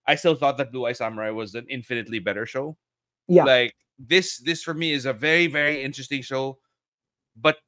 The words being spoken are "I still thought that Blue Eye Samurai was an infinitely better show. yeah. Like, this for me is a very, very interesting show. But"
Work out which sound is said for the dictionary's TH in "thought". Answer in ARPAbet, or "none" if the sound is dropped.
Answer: TH